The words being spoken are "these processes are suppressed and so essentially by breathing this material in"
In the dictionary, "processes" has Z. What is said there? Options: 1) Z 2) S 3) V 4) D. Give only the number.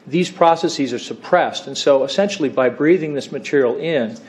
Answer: 1